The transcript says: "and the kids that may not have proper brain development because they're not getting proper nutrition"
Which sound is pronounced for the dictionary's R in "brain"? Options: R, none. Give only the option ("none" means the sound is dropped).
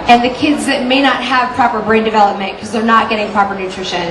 R